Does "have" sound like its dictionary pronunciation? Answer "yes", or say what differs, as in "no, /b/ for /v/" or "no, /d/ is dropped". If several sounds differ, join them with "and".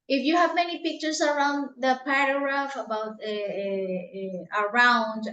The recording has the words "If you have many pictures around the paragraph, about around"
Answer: yes